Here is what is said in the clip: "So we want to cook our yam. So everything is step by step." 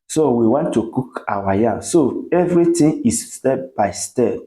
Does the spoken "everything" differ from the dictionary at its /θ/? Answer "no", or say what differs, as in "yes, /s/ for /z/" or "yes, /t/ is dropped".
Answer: yes, /t/ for /θ/